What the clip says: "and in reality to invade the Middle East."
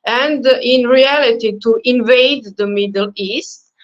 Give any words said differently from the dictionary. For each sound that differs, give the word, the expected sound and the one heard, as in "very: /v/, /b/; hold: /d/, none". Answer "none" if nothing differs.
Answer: none